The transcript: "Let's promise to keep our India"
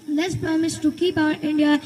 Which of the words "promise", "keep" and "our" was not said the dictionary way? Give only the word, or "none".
promise